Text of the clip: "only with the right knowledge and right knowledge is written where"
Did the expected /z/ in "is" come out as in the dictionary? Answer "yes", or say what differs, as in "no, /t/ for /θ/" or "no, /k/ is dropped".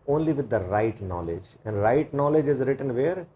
yes